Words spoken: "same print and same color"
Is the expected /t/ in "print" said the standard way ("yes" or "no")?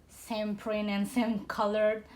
no